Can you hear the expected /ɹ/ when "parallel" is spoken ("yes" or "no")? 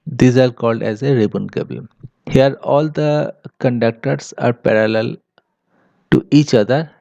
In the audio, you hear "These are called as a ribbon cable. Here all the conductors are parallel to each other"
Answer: yes